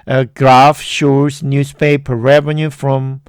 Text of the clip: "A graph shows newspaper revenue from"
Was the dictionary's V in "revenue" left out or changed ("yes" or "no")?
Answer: no